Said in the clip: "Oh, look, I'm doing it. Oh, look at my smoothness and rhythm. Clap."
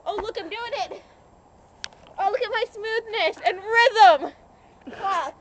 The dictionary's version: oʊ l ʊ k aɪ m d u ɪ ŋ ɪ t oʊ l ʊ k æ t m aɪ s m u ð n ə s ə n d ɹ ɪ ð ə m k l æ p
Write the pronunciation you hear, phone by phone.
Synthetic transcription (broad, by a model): oʊ l ʊ k aɪ m d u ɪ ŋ ɪ t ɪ l ʊ k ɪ t m aɪ s m u ð n ə s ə n ɹ ɪ ð ə m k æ